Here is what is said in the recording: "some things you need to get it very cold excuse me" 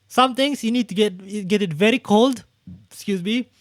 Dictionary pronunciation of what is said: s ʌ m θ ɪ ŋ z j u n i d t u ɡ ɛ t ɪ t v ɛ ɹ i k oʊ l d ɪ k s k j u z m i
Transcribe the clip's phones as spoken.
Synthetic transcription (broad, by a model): s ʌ m t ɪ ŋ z j u n i d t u ɡ ɛ t ɪ t v ɛ ɹ i k oʊ l d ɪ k s k j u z m i